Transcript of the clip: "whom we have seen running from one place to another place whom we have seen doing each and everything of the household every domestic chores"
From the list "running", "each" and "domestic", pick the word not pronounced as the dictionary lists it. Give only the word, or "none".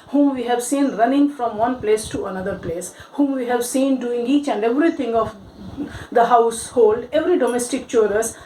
none